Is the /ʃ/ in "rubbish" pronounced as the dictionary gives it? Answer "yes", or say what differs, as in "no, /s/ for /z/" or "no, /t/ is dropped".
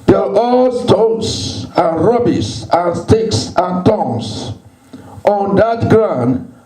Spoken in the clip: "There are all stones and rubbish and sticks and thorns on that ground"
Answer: no, /s/ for /ʃ/